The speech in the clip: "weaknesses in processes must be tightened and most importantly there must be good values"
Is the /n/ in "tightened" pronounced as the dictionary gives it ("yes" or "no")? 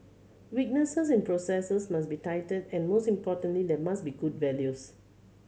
no